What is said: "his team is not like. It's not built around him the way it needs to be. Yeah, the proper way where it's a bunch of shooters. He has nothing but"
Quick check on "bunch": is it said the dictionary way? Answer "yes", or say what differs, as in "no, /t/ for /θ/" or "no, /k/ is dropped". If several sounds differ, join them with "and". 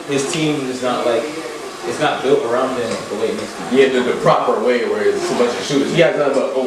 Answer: no, /n/ is dropped